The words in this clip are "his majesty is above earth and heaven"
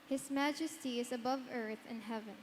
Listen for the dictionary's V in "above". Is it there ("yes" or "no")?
yes